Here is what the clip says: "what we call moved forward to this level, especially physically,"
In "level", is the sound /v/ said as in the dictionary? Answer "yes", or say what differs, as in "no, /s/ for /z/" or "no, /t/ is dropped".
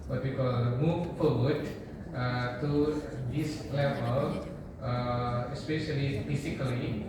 no, /p/ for /v/